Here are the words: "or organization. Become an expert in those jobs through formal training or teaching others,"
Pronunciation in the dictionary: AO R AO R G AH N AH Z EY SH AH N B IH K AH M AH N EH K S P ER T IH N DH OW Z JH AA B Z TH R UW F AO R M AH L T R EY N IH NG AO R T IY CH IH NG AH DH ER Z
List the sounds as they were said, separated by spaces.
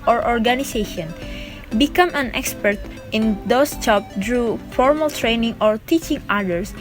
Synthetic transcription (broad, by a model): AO R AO R G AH N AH S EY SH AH N B IH K AH M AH N EH K S P ER T IH N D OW S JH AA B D R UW F AO R M AH L T R EY N IH NG AO R T IY CH IH NG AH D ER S